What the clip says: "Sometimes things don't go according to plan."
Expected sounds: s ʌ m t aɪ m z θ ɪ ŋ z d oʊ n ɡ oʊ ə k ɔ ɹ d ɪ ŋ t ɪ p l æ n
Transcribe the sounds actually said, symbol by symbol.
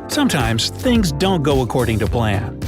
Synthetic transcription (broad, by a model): s ʌ m t aɪ m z θ ɪ ŋ z d oʊ n ɡ oʊ ə k ɔ ɹ d ɪ ŋ t ɪ p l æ n